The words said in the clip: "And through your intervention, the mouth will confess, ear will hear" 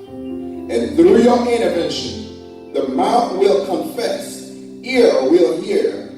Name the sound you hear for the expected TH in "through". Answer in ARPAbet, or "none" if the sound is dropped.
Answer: TH